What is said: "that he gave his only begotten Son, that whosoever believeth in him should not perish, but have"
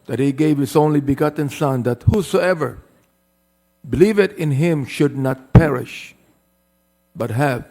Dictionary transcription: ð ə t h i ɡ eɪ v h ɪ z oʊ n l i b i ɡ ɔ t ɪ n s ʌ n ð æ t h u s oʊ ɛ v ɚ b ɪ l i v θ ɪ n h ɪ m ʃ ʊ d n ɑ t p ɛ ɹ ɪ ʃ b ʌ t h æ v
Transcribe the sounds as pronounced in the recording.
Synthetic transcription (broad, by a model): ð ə t h i ɡ eɪ v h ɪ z oʊ n l i b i ɡ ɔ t n s ʌ n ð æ t h u s oʊ ɛ v ɚ b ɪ l i v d ɪ n h ɪ m ʃ ʊ d n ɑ t p ɛ ɹ ɪ ʃ b ʌ t h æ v